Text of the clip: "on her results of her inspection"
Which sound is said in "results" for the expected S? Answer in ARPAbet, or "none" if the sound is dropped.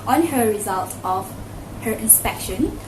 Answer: none